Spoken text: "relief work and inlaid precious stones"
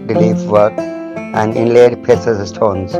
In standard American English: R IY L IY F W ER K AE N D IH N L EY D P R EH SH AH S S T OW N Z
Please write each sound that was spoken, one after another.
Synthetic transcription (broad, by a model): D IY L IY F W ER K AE N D IH N L EY D P EH S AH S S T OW N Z